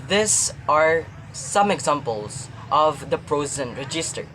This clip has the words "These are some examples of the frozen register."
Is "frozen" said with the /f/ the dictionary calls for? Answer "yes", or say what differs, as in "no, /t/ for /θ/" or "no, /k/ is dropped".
no, /p/ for /f/